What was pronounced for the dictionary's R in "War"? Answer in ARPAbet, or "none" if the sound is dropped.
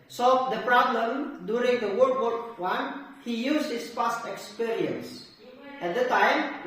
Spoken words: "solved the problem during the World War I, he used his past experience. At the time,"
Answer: W